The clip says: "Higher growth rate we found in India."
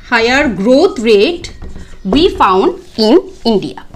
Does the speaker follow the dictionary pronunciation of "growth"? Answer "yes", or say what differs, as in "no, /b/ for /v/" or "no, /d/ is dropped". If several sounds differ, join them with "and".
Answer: no, /t/ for /θ/